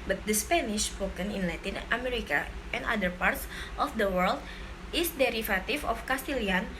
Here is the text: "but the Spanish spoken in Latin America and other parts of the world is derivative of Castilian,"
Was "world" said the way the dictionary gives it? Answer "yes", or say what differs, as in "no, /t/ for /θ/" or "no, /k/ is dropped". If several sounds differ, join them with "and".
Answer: yes